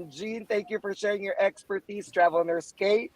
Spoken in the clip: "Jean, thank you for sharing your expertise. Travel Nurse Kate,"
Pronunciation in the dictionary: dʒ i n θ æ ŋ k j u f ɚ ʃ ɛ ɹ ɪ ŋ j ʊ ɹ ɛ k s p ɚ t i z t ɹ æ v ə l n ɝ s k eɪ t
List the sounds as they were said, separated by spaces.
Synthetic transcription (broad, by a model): dʒ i n θ æ ŋ k j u f ɚ ʃ ɛ ɹ ɪ ŋ j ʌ ɹ ɛ k s p ɚ t i z t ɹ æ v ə n ɝ s k eɪ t